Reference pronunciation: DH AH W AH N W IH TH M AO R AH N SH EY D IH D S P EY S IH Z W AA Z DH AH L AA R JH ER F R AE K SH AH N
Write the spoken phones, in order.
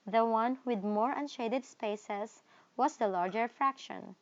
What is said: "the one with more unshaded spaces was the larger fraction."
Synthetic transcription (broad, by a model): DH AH W AH N W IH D M AO R AH N SH EY D IH D S P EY S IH S W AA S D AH L AA R JH ER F R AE K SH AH N